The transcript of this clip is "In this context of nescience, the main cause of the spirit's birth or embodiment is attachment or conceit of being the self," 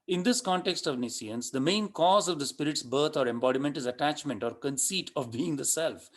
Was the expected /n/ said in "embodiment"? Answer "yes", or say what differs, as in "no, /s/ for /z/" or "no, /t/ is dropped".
yes